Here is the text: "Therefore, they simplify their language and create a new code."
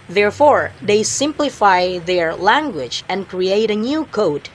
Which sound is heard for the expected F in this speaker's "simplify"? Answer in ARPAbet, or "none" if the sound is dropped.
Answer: F